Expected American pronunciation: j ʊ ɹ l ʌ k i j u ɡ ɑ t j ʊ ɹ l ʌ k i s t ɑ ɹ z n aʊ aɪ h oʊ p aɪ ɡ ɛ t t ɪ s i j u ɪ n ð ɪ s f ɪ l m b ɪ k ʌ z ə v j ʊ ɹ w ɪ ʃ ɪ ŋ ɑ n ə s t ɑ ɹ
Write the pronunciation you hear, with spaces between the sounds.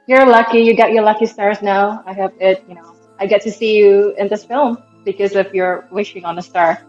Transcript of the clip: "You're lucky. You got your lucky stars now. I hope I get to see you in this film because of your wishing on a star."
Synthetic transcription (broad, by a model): j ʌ ɹ l ʌ k i j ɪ ɡ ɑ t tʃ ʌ ɹ l ʌ k i s t ɑ ɹ z n aʊ aɪ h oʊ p aɪ ɡ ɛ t t ɪ s i j u ɪ n ð ɪ s f ɪ l m b ɪ k ʌ z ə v j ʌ ɹ w ɪ ʃ ɪ ŋ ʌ n ə s t ɑ ɹ